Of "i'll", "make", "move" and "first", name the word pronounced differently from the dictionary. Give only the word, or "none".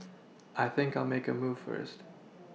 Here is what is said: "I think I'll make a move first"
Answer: none